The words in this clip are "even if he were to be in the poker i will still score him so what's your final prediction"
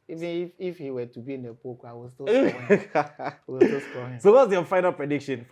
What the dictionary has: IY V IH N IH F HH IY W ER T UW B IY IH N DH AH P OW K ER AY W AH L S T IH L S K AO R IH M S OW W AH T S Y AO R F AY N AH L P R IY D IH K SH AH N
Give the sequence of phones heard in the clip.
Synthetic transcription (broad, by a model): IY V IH N IH F HH IY W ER T UW B IY IH N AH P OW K AY W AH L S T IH W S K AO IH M S OW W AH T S Y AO F AY N AH L P R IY D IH K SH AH N